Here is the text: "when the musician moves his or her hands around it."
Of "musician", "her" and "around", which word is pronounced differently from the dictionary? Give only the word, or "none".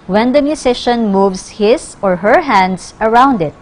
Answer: musician